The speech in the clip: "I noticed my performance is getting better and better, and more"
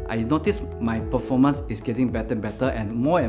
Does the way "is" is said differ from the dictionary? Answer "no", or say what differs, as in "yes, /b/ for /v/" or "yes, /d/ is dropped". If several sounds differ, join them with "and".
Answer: yes, /s/ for /z/